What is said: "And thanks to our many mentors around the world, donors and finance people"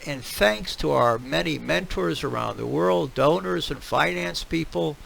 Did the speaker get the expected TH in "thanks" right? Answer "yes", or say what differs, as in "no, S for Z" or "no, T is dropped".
yes